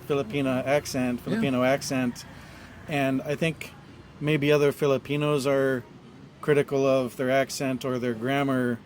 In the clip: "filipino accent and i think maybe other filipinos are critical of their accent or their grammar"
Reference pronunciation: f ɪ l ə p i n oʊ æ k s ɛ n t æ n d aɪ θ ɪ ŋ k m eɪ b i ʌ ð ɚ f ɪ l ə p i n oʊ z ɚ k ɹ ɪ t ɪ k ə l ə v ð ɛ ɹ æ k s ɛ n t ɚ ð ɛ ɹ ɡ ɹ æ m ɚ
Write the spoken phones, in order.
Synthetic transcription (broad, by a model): f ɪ l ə p i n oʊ æ k s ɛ n t æ n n aɪ θ ɪ ŋ k m eɪ b i ʌ ð ɚ f ɪ l ə p i n oʊ z ɚ k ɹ ɪ t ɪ k l ə v ð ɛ ɹ æ k s ɛ n t ɚ ð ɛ ɹ ɡ ɹ æ m ɚ